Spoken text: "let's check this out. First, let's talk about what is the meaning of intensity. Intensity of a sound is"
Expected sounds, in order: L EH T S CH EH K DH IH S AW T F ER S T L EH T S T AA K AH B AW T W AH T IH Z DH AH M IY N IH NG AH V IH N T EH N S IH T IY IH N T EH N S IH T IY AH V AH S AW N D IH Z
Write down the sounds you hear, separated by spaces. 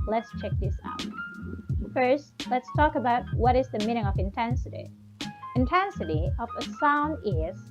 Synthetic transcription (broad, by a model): L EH T S CH EH K DH IH S AW T F ER S T L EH T S T AA K AH B AW T W AH T IH Z DH AH M IY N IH NG AH V IH N T EH N S IH T IY IH N T EH N S IH T IY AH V AH S AW N D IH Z